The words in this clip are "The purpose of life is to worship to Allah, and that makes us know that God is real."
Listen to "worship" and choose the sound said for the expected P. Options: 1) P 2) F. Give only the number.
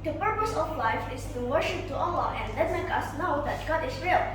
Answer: 1